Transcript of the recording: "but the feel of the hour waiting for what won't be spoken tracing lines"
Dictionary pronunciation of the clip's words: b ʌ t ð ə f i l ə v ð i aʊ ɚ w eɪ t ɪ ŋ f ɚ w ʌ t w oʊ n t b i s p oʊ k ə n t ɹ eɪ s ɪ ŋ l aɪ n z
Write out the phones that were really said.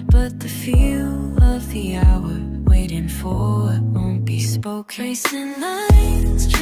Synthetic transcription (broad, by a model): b ʌ t ð ə f i l ə v ð i aʊ ɚ w eɪ t ɪ ŋ f ɚ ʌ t w oʊ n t b i s p oʊ ə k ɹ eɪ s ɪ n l aɪ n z